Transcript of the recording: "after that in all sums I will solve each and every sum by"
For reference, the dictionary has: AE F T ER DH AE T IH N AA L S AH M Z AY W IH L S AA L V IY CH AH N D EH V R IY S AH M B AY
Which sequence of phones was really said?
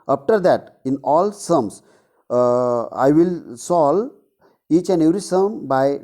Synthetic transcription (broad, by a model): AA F T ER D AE T IH N AA L S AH M S AY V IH L S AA L IY CH AH N D EH V R IY S AH M B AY